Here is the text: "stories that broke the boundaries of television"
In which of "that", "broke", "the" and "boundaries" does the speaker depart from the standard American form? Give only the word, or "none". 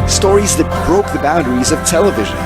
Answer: none